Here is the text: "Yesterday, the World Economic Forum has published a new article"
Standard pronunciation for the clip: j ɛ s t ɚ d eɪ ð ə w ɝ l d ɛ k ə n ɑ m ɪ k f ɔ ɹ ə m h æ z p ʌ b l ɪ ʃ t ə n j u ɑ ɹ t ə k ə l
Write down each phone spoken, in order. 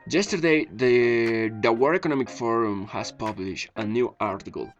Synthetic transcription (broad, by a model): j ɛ s t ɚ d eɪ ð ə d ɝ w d ɛ k ə n ɑ m ɪ k f ɔ ɹ ə m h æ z p ʌ b l ɪ ʃ t ə n j u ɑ ɹ t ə k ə l